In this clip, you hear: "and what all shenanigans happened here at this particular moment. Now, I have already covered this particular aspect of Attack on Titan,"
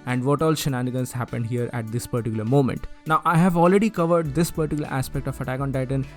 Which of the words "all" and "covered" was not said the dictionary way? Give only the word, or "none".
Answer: none